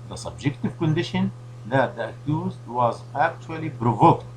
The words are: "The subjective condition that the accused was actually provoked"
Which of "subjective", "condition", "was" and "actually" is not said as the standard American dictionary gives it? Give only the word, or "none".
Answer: none